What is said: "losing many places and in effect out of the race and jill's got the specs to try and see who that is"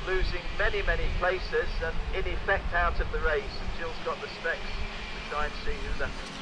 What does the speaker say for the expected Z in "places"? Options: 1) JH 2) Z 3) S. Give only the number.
2